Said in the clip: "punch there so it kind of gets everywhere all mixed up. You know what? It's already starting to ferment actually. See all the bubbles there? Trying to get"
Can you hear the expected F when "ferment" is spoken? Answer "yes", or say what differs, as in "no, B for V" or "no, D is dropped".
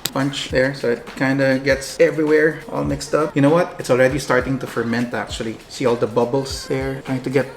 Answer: yes